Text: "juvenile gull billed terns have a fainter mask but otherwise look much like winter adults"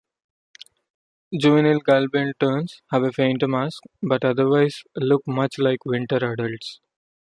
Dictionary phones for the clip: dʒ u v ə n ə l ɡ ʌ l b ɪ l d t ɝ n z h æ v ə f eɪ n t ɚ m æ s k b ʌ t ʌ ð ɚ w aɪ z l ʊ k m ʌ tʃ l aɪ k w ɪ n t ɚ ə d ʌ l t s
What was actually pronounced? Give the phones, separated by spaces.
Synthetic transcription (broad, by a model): dʒ u v ə n ə l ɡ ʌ l b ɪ n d t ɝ n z h æ v ə f eɪ n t m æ s k b ʌ t ʌ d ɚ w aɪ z l ʊ k m ʌ tʃ l aɪ k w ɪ n t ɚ ə d ʌ l t s